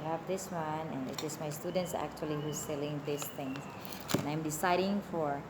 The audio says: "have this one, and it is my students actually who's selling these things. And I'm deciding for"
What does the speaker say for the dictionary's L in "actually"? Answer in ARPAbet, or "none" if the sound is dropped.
L